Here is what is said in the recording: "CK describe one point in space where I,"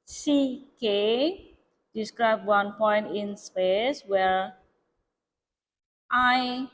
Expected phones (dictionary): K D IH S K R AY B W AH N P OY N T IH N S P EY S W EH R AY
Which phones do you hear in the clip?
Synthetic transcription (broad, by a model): K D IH S K R AY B W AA N P OY N T IH N S P EY S W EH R AY